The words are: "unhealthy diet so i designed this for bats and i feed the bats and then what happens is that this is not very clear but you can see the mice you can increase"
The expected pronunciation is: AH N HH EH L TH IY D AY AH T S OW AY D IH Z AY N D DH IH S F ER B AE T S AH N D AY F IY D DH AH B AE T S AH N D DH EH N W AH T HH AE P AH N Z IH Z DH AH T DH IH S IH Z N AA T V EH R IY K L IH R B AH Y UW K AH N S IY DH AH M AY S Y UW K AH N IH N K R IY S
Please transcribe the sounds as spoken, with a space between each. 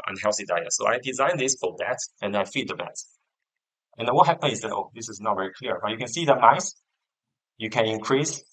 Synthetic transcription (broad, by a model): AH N HH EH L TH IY D AY AH T S OW AY D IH Z AY N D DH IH S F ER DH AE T AH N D AY F IY D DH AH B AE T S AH N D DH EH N W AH T HH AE P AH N IH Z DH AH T DH IH S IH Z N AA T V EH R IY K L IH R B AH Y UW K AH N S IY DH AH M AY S Y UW K AH N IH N K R IY S